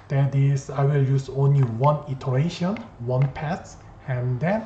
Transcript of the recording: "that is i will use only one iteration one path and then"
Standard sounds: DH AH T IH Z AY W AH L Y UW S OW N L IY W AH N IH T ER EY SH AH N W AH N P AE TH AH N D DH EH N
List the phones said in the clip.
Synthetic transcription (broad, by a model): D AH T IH S AY W AH L Y UW S OW N L IY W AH N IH T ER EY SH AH N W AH N P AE T AH N D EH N